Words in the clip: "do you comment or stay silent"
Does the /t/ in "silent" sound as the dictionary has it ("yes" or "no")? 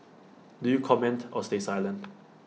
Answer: no